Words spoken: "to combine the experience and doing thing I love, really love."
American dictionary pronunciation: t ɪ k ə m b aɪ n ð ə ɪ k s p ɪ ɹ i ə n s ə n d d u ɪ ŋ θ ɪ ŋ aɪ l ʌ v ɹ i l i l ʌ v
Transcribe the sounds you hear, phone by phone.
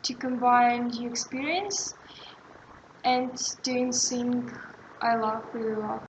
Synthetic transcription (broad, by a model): t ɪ k ə m b aɪ n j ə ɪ k s p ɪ ɹ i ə n s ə n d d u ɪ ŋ s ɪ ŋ aɪ l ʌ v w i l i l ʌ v